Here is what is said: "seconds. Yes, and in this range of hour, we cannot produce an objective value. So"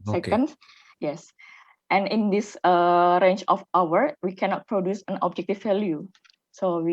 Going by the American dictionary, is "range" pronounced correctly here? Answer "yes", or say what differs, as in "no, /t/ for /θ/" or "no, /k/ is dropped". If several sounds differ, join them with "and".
no, /tʃ/ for /dʒ/